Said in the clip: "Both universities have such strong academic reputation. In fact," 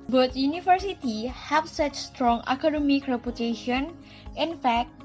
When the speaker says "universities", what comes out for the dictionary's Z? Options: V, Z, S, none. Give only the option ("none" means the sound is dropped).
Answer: none